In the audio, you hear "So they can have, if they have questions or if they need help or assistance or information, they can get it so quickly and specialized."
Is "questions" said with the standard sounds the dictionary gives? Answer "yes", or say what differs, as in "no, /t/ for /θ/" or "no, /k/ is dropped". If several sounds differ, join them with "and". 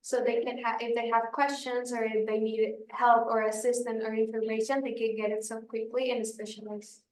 yes